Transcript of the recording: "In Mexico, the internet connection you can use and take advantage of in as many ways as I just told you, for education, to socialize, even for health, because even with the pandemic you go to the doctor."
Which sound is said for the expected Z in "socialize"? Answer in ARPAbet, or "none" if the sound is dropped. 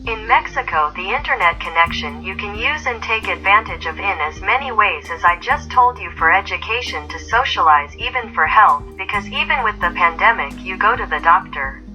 Z